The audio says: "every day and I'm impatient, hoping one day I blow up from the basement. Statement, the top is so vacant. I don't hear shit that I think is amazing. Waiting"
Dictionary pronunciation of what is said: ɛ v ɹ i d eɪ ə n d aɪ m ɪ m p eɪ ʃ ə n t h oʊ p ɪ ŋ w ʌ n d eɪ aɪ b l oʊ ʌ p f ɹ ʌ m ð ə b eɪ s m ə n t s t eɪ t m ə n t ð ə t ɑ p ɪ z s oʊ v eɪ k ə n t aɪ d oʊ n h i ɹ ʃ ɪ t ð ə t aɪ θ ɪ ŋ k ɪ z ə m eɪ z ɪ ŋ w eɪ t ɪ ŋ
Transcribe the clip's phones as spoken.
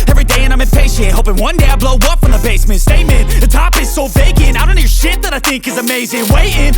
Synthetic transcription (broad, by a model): ɛ v ɹ i d eɪ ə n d aɪ m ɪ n p eɪ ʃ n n h oʊ p ɪ ŋ w ʌ n d eɪ aɪ b l oʊ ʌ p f ɹ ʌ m ð ə b eɪ s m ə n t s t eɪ m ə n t ð ə t ɑ p ɪ z s oʊ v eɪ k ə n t aɪ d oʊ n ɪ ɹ ʃ ɪ t ð ə t aɪ θ ɪ ŋ k ɪ z ə m eɪ z ɪ ŋ w eɪ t ɪ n